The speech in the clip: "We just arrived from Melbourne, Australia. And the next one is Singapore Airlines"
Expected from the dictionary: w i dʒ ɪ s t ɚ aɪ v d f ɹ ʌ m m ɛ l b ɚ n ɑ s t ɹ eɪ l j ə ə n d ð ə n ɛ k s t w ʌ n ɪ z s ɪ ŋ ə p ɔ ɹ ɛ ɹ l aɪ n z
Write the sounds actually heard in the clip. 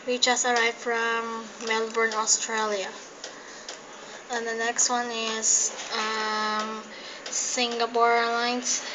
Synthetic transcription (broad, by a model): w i tʃ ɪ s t aɪ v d f ɹ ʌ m m ɛ l b ɚ n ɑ s t ɹ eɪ l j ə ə n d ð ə n ɛ k s t w ʌ n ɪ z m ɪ ŋ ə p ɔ ɹ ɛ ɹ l aɪ n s